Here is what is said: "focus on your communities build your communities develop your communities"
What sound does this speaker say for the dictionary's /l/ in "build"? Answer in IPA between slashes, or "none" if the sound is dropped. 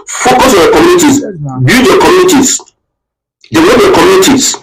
none